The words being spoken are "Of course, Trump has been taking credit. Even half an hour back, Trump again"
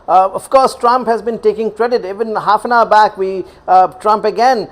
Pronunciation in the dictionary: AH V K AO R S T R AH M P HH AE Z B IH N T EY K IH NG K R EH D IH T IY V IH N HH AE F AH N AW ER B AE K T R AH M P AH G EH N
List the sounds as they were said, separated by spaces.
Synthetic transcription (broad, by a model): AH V K AO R S T R AH M P HH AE Z B IH N T EY K IH NG K R EH D IH T IY V IH N HH AE F AH N AW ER B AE K T R AH M P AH G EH N